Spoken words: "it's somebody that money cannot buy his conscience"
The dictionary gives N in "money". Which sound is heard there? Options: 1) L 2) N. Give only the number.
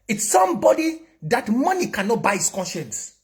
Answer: 2